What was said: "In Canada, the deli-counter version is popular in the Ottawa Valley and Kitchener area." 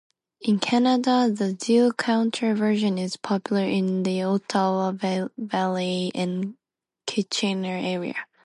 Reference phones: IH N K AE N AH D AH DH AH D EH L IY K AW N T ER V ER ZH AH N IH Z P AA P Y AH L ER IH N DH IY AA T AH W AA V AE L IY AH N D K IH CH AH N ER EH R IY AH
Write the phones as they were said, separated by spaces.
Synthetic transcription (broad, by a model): IH N K AE N AH D AH DH AH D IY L K AW N T ER V ER ZH AH N IH Z P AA P Y L ER IH N DH IY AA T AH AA V AE L IY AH N K IH CH AH N ER EH R IY AH